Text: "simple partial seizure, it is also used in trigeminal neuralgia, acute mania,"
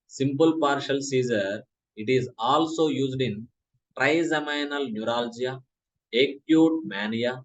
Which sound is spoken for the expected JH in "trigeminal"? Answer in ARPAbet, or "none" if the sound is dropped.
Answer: Z